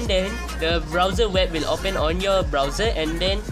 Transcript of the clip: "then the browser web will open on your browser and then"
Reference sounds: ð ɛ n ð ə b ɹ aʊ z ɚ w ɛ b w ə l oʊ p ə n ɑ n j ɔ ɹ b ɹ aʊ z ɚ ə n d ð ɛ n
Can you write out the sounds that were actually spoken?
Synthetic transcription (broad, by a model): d ɛ n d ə b ɹ aʊ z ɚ w ɛ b w ə l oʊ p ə n ɑ n j ɔ b ɹ aʊ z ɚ ə n d ɛ n